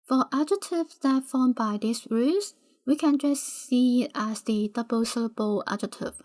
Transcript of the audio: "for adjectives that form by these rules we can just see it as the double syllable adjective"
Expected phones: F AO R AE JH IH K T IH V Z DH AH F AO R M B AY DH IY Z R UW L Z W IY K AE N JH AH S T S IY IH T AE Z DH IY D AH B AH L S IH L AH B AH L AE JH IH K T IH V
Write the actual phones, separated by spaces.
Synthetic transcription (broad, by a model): F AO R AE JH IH T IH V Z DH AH F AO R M B AY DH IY S R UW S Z W IY K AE N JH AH S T S IY IH T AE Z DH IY D AH B AH L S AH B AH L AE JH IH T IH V